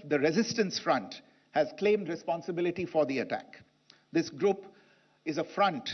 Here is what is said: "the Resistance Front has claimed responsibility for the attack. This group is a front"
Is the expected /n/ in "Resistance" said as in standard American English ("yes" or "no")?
yes